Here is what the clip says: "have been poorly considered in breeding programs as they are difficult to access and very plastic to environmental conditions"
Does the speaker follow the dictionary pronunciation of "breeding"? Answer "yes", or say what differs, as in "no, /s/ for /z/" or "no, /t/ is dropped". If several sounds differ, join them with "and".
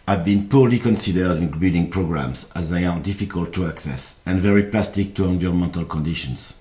no, /ɹ/ is dropped